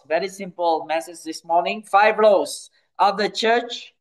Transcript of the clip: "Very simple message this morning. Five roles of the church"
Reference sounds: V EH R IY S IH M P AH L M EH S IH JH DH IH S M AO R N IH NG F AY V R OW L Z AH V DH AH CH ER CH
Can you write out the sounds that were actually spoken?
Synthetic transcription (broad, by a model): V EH R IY S IH M P AH L M EH S IH JH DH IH S M AO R N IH NG F AY V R OW Z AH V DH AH CH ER CH